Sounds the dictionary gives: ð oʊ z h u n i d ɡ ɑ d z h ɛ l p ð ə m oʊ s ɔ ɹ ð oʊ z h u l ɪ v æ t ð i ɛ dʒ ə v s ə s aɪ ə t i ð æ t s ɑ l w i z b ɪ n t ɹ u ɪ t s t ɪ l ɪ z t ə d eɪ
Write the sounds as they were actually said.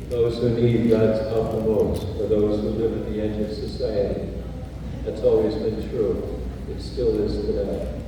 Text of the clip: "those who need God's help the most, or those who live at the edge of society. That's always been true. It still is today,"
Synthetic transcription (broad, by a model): ð oʊ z h u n i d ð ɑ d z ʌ p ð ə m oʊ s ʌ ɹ ð oʊ z h u l ɪ v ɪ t ð i ɛ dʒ ə v s ə s aɪ ə t i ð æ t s ɑ l w i z b ɪ n t ɹ u ɪ t s t ɪ l ɪ z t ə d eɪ